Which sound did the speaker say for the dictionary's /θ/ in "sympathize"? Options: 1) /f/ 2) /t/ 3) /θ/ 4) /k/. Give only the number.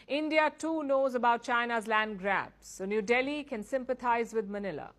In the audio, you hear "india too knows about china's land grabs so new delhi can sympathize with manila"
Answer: 2